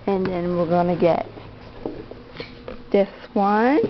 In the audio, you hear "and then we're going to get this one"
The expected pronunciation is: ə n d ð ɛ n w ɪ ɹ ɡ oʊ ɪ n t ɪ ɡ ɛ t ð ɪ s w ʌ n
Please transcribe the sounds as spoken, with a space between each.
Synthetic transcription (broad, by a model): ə n ð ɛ n w ɪ ɹ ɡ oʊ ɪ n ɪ ɡ ɛ t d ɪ θ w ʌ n